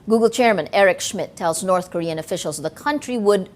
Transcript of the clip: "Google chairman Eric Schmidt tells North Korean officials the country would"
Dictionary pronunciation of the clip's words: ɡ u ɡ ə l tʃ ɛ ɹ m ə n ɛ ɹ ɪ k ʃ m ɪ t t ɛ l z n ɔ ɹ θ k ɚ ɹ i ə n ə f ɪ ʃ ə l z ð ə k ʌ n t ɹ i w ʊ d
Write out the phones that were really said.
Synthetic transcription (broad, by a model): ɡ u ɡ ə l tʃ ɛ ɹ m ə n ɛ ɹ ɪ k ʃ m ɪ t t ɛ l z n ɔ ɹ θ k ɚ ɹ i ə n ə f ɪ ʃ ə l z ð ə k ʌ n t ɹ i w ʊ d